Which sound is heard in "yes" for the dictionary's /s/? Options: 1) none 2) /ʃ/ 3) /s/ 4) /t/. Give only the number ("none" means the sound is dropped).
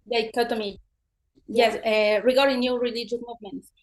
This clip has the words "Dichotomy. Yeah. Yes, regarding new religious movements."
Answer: 1